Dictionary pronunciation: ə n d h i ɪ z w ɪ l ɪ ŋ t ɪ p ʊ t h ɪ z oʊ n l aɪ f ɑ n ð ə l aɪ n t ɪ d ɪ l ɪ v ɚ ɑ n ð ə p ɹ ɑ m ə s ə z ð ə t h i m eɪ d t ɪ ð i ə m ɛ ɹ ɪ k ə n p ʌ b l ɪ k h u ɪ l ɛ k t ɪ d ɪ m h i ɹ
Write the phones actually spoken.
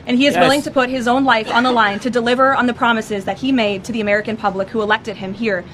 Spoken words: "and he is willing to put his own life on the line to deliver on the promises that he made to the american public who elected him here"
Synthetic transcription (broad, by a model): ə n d i ɪ z w ɪ l ɪ ŋ t ɪ p ʊ t h ɪ z oʊ n l aɪ f n ð ə l aɪ n t ɪ d ɪ l ɪ v ɚ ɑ n ð ə p ɹ ɑ m ə s ə z ð ə t h i m eɪ d t ɪ ð i ə m ɛ ɹ ɪ k ə n p ʌ b l ɪ k h u ɪ l ɛ k t ɪ d ɪ m h i ɹ